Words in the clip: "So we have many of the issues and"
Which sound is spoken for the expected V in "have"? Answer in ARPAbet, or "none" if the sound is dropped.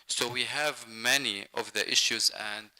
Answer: V